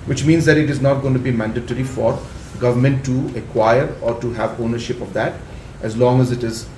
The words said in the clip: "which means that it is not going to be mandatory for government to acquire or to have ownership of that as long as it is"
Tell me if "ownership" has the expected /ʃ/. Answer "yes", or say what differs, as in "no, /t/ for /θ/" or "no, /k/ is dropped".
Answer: yes